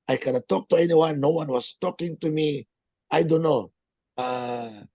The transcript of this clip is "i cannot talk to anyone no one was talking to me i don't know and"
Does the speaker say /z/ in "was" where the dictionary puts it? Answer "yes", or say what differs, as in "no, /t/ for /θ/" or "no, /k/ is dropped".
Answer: no, /s/ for /z/